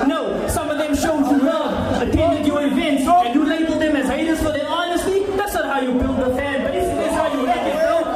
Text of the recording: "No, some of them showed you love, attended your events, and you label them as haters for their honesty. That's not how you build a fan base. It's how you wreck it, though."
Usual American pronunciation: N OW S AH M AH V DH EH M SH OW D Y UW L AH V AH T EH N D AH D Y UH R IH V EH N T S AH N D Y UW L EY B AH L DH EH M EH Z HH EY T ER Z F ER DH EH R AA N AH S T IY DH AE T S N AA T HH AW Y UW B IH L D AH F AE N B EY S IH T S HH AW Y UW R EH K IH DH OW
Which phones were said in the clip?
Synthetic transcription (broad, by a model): N OW S AH M AH V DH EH M SH OW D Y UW W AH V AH T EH N D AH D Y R IH V EH N T S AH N Y UW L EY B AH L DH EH M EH Z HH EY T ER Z F ER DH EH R AA N AH S T IY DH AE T S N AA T HH AW Y UW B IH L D AH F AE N B EY S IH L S HH AW Y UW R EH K IH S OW